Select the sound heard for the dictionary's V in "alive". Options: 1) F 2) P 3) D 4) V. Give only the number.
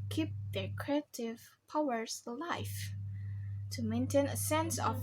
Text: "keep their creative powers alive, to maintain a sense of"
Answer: 1